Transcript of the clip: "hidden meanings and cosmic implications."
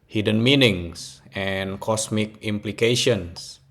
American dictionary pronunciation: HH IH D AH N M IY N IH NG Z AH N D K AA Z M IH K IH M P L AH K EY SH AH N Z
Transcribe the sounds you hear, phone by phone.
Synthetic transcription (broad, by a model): HH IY D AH N M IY N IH NG S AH N K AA S M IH K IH M P L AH K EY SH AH N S